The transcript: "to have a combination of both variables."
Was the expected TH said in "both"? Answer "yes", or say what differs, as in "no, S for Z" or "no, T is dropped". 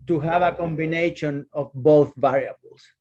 yes